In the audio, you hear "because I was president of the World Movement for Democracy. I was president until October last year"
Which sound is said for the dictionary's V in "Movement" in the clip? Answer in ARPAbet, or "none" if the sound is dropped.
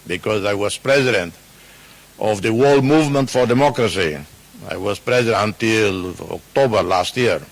V